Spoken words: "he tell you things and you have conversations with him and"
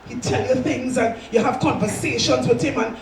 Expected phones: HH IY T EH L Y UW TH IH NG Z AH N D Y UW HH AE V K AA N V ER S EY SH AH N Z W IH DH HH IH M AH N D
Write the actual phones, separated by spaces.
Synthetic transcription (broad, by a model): HH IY T EH L Y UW TH IH NG Z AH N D Y UW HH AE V K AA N V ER S EY SH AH N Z W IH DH HH IH M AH N